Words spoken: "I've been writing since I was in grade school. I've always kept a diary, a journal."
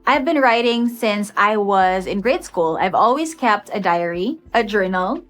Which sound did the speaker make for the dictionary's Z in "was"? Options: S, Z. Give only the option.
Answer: Z